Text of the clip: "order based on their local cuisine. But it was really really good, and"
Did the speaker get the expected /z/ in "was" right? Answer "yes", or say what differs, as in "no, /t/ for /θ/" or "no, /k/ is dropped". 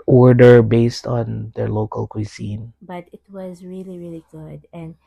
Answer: yes